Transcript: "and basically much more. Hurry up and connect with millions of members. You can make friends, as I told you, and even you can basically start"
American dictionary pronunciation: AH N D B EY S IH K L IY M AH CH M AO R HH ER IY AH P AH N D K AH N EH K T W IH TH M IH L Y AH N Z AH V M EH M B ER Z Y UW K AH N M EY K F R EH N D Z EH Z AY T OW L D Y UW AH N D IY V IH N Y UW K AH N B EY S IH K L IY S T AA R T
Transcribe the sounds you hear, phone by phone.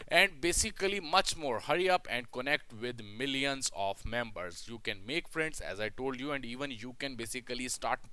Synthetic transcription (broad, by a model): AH N D B EY S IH K L IY M AH CH M AO R HH ER IY AH P AH N D K AH N EH K T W IH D M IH L Y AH N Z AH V M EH M B ER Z Y UW K AH N M EY K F R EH N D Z EH Z AY T OW L D Y UW AH N D IY V IH N Y UW K AH N B EY S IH K L IY S T AA R T